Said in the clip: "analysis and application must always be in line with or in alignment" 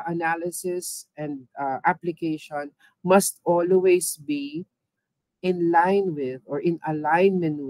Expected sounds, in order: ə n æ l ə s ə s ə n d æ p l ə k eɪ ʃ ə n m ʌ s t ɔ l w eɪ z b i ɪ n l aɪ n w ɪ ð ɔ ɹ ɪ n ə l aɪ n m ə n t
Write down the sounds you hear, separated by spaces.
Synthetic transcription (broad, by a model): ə n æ l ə s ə s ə n d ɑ p l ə k eɪ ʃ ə n m ʌ s t ɔ l w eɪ s b i ɪ n l aɪ n w ɪ ð ɔ ɹ ɪ n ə l aɪ n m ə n